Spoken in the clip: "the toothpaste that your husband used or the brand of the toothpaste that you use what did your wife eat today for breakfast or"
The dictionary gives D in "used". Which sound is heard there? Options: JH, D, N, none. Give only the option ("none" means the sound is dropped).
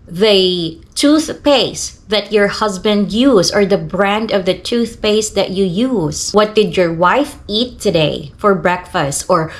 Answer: none